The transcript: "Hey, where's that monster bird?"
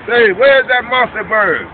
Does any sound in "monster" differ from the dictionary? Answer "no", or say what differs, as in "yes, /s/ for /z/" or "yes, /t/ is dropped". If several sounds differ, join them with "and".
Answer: yes, /n/ is dropped